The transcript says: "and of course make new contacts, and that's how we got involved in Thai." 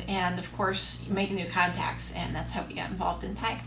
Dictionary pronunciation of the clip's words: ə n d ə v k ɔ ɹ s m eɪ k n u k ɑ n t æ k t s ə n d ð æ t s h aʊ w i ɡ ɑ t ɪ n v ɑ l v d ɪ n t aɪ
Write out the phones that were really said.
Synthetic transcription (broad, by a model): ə n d ə v k ɔ ɹ s m eɪ k n u k ɑ n t æ k t s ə n ð æ t s h aʊ w i ɡ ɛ t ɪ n v ɑ l v d ɪ n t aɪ